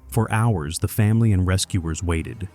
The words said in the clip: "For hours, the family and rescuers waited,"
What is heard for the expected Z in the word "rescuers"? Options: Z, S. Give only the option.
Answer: Z